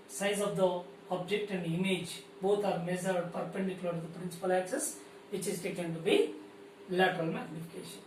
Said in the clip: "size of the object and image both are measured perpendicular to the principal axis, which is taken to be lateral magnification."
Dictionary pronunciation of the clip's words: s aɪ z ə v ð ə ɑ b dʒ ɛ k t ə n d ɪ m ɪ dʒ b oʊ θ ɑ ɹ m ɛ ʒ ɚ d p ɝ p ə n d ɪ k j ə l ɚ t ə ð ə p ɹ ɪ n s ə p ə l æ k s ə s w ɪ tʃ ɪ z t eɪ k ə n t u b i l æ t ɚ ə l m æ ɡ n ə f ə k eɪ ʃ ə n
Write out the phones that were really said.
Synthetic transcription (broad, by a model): s aɪ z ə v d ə ɑ b dʒ ɛ k t ə n d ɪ m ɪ dʒ b oʊ t ɑ ɹ m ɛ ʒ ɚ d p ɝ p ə n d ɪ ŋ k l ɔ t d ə p ɹ ɪ n s ə p ə l æ k s ə s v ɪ tʃ ɪ z t eɪ k ə n t u b i l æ t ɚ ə l m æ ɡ n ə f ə k eɪ ʃ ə n